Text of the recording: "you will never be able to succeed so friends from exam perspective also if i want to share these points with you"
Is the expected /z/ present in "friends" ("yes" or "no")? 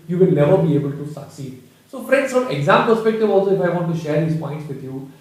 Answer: no